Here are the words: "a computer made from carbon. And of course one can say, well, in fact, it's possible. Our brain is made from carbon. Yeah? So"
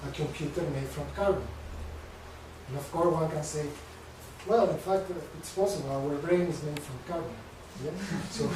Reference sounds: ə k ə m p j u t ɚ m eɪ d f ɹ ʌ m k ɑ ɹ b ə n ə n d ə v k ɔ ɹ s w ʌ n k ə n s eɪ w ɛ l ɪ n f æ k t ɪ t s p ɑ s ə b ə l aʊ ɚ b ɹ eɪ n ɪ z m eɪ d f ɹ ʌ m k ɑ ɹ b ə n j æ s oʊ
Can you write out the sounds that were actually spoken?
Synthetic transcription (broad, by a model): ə k ə m p j u t ɚ m eɪ d f ɹ ʌ m k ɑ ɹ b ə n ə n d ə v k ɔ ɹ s w ʌ n k ə n s eɪ w ɛ l ɪ n f æ k t ɪ t s p ɑ s ə b ə l aʊ ɚ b ɹ eɪ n ɪ z m eɪ d f ɹ ʌ m k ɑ ɹ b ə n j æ s oʊ